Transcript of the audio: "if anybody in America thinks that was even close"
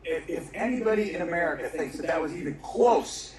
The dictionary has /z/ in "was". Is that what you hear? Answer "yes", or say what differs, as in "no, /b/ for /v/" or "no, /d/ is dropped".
yes